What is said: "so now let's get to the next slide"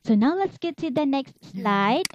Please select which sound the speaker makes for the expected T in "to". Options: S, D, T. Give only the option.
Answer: S